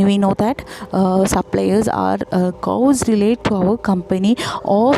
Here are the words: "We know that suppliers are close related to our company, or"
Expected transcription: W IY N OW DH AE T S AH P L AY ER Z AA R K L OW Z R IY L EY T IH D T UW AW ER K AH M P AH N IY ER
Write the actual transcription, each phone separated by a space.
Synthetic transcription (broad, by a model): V IY N OW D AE T S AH P L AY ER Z AA R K OW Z R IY L EY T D T UW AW ER K AH M P AH N IY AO